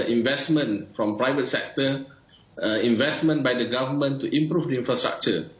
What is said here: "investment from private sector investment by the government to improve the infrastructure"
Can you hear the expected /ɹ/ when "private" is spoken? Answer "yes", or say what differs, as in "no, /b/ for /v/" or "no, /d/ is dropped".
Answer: yes